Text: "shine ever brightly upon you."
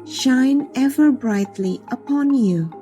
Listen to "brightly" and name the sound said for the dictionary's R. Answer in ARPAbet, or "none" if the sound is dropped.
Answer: R